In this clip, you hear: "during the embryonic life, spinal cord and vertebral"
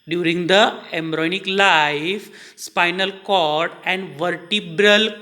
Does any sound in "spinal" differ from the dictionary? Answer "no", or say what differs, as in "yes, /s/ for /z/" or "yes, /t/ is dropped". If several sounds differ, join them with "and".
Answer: no